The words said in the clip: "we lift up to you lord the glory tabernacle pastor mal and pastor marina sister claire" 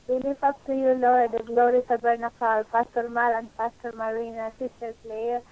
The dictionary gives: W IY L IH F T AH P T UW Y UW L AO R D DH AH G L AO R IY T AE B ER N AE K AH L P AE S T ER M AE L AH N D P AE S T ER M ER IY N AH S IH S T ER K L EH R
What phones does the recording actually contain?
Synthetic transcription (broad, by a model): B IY L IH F AH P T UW Y UW L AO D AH G L AO R IY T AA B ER N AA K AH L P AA S T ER M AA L AH N D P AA S T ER M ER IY N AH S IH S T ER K L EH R